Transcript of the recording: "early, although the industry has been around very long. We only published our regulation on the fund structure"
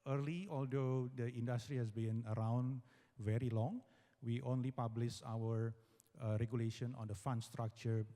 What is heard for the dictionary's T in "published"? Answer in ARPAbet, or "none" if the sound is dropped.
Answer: none